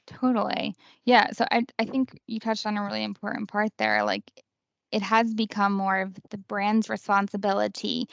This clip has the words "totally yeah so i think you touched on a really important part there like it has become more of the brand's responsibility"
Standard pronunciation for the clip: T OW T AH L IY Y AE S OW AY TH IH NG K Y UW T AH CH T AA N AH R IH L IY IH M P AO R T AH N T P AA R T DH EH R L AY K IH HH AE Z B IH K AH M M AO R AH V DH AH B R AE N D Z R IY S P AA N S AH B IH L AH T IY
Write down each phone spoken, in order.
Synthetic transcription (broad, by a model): T OW T L IY Y AE S OW AY TH IH NG K Y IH T AH CH T N AH R IH L IY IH M P AO R T N P AA R T DH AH R L AY K IH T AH Z B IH K AH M M AO R AH V DH AH B R AE N D Z R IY S P AA N S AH B IH L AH T IY